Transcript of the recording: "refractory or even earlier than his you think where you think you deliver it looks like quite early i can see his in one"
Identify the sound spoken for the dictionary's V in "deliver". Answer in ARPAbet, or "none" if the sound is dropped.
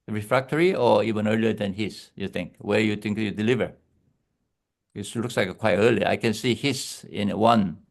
V